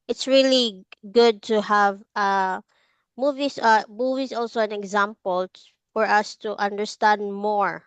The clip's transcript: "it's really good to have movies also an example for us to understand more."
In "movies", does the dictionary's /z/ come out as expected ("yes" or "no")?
no